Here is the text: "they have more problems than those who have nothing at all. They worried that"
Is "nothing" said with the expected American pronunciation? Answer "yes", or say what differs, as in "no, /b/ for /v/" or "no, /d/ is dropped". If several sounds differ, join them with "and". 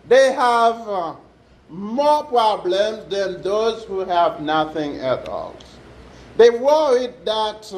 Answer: yes